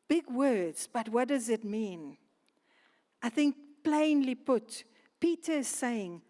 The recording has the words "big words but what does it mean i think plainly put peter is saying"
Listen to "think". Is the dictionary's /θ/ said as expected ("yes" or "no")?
yes